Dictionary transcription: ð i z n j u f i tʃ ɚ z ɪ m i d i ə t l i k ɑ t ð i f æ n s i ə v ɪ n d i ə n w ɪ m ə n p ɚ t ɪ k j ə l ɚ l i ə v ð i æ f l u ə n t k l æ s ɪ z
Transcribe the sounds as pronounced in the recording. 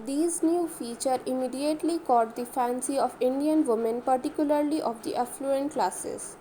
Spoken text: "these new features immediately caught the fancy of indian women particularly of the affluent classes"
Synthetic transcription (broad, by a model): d i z n j u f i tʃ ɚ ɪ m i d i ə t l i k ɑ t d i f æ n s i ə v ɪ n d i ə n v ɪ m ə n p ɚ t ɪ k j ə l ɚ l i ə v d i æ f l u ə n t k l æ s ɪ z